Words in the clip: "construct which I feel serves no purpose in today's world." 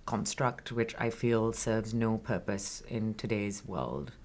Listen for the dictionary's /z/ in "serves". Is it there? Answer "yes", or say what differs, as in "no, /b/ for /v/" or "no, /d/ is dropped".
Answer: yes